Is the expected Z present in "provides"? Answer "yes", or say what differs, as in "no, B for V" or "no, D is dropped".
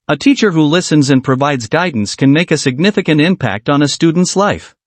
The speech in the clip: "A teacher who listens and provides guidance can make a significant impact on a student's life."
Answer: yes